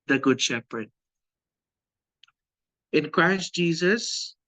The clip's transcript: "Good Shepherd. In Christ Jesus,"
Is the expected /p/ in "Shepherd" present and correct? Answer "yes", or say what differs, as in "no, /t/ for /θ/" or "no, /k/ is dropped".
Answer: yes